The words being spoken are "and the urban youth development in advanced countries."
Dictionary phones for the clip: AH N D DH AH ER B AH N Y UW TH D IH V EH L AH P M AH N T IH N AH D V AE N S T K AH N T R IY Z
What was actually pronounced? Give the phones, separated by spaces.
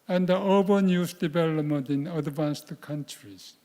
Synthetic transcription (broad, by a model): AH N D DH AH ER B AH N Y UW S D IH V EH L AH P M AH N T IH N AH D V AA N S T K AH N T R IY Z